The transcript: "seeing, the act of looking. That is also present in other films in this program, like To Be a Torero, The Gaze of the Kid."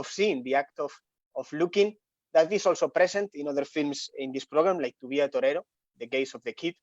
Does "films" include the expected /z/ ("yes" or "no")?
no